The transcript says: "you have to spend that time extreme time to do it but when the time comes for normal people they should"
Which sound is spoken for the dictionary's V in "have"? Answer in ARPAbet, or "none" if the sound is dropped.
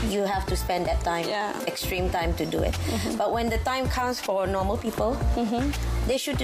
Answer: F